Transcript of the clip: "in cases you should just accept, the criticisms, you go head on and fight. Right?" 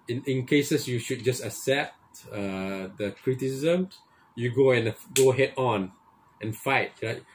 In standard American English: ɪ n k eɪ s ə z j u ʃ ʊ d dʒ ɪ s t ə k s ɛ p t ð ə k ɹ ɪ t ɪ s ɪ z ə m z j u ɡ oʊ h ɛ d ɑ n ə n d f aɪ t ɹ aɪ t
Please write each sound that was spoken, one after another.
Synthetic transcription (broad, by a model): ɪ n k eɪ s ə s j u ʃ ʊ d dʒ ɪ s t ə s ɛ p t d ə k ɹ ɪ t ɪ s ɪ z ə m s j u ɡ oʊ h ɛ d ɑ n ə n f aɪ t ɹ aɪ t